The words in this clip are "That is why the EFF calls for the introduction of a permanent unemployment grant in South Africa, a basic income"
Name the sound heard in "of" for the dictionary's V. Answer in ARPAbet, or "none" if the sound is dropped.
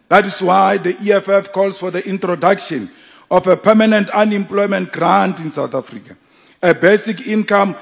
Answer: F